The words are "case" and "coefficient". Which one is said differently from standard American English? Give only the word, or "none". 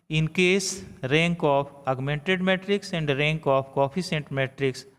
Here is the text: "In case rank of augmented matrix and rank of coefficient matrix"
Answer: coefficient